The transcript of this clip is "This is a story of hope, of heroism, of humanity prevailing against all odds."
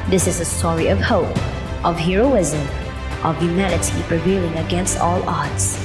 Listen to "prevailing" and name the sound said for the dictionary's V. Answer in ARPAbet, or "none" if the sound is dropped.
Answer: V